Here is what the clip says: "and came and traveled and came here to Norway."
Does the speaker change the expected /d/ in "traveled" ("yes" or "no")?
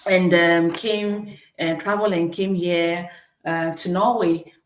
yes